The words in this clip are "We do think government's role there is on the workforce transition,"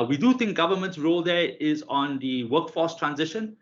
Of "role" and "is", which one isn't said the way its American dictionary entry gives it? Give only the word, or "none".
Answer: none